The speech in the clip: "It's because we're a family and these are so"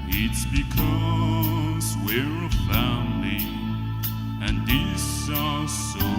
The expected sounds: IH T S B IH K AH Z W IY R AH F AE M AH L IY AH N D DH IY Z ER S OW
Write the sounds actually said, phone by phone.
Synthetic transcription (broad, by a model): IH T S B IH K AH Z W IY R AH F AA AH N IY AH N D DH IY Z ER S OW